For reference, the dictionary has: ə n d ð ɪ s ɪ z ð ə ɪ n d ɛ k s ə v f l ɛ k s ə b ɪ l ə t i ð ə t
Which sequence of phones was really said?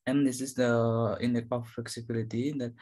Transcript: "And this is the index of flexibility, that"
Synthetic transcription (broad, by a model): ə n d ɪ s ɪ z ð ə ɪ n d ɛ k ə f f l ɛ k s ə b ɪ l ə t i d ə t